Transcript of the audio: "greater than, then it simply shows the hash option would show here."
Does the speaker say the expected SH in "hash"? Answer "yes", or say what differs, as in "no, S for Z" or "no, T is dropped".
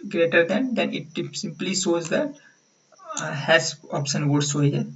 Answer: no, S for SH